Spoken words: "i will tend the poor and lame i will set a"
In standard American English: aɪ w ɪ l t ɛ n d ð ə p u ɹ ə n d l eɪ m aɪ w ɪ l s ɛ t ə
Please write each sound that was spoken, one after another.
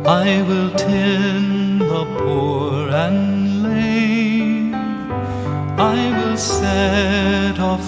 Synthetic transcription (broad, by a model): aɪ w ɪ l t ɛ n ð ə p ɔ ɹ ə n l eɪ aɪ w ɪ l s ɛ t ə